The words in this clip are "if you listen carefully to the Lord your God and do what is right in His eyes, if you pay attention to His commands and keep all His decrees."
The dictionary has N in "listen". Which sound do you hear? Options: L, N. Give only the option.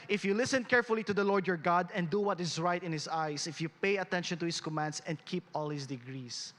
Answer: N